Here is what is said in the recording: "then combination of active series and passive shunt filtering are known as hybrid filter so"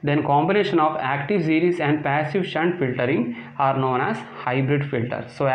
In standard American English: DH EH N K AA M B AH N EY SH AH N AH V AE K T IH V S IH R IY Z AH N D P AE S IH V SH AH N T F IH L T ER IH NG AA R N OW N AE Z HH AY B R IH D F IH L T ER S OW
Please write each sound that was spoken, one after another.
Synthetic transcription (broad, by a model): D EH N K AA M B AH N EY SH AH N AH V AE K T IH V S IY R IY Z AH N D P AE S IH V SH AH N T F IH L T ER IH NG AA R N OW N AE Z HH AY B R IH D F IH L T ER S OW